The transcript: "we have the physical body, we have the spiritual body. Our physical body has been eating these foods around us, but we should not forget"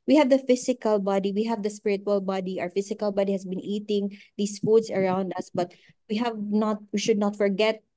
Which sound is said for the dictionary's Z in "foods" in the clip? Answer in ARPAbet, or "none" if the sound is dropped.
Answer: S